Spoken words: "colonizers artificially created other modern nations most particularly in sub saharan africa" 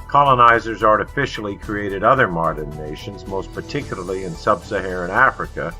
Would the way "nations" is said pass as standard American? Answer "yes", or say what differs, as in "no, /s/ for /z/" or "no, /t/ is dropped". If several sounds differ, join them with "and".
yes